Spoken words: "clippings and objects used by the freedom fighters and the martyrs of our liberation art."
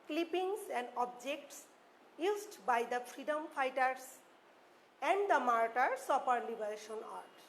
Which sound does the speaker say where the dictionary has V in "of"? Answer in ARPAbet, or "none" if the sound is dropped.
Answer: P